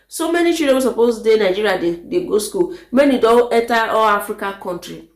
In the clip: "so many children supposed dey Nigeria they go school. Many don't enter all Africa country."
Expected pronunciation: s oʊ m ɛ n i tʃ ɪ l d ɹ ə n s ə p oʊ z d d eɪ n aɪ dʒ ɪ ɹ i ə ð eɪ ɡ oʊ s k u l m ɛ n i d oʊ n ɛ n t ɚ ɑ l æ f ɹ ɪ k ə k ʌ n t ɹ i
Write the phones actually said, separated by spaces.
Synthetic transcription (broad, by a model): s oʊ m ɛ n i tʃ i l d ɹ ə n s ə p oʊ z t d eɪ n aɪ dʒ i ɹ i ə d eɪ ɡ oʊ s k u l m ɛ n i d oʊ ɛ t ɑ ɑ l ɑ f ɹ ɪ k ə k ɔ n t ɹ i